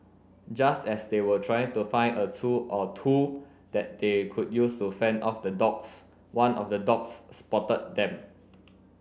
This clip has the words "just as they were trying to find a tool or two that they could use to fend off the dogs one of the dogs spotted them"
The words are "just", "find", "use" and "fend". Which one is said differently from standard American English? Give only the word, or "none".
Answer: find